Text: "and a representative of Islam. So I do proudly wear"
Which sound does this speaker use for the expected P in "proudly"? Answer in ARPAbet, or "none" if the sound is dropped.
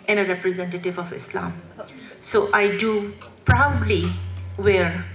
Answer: P